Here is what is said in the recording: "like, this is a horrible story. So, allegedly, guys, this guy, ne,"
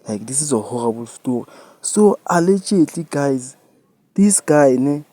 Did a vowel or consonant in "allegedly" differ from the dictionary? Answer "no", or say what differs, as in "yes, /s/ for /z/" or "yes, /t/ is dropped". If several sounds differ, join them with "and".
yes, /tʃ/ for /dʒ/